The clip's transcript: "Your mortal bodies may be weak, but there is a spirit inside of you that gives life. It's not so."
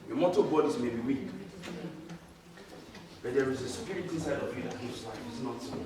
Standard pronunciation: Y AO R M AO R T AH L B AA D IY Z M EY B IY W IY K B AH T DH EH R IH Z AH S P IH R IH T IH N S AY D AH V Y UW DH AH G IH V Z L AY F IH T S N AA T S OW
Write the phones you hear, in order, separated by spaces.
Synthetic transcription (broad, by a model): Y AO M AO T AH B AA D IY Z M EY B IY W IY K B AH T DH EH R IH Z AH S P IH R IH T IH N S AY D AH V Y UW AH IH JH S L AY IH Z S N AA T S